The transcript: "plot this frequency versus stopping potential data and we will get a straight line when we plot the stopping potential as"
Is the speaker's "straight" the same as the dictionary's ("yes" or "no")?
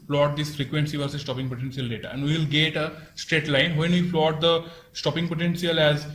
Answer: yes